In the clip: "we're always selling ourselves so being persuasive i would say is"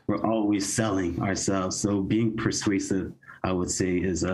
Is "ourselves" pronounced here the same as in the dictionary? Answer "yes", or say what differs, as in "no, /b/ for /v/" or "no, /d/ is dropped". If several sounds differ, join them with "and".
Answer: yes